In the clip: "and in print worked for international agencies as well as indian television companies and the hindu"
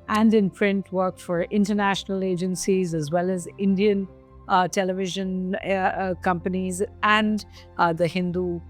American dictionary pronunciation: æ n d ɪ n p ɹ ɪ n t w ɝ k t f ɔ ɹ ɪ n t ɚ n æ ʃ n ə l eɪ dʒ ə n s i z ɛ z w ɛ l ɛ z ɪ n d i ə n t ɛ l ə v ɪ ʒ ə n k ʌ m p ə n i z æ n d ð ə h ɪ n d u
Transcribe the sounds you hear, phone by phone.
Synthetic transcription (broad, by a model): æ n d ɪ n p ɹ ɪ n t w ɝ k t f ɔ ɹ ɪ n t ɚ n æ ʃ n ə l eɪ dʒ ə n s i z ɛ z w ɛ l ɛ z ɪ n d i ə n t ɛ l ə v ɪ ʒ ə n k ʌ m p ə n i z æ n d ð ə h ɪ n d u